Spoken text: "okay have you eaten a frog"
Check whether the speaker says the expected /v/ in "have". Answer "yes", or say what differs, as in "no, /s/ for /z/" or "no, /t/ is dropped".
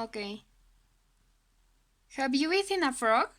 no, /b/ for /v/